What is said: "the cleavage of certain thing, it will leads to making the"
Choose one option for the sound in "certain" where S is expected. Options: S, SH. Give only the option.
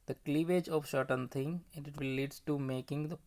SH